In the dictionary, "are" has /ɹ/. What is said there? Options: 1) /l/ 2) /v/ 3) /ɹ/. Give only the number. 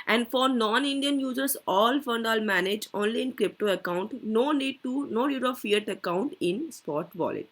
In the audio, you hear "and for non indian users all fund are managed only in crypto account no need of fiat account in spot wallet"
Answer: 1